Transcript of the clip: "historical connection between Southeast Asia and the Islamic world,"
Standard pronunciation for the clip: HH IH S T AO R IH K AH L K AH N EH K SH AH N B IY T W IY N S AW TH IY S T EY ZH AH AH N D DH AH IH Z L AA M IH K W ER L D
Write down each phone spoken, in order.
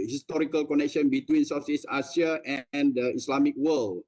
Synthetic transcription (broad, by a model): HH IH S T AO R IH K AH L K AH N EH K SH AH N B IY T W IY N S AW S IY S AA S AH AH N D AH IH S L AA M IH K W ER L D